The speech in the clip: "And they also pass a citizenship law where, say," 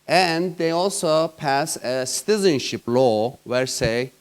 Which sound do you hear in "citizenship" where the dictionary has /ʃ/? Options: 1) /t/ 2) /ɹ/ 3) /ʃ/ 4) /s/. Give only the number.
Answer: 3